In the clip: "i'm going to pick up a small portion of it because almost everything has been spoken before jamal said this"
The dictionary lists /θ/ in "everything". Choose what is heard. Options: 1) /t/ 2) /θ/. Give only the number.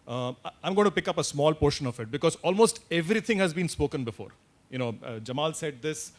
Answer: 1